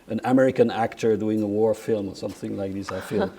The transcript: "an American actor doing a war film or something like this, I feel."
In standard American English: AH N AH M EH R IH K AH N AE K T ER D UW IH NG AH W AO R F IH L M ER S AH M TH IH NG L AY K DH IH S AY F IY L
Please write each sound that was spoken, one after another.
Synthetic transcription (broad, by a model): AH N AH M EH R IH K AH N AE K T ER D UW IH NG AH W AO R F IH L M ER S AH M TH IH NG L AY K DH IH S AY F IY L